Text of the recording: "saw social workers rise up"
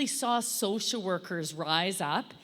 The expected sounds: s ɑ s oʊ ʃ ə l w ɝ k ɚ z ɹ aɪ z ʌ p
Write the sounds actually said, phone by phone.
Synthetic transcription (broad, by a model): s ɑ s oʊ ʃ l w ɝ k ɚ z ɹ aɪ z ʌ p